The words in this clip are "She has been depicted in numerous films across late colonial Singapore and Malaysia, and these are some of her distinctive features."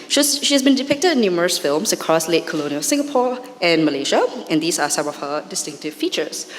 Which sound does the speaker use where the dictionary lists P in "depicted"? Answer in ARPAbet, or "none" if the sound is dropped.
P